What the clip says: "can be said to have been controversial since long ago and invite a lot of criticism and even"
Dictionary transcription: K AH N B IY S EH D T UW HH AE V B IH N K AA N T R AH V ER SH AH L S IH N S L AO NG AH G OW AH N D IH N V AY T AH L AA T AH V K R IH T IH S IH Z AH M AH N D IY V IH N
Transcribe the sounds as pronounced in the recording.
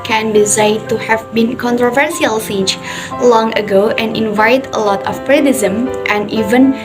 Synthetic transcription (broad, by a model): K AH N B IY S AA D T UW HH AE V B IH N K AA N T R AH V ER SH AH L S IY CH L AO NG AH G OW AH N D IH N V AY T AH L AA T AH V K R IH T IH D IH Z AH M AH N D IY V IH N